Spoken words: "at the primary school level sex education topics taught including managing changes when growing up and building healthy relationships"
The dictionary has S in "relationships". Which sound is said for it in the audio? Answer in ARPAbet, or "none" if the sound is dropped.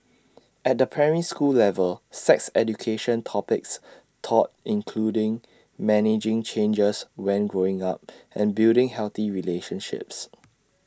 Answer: S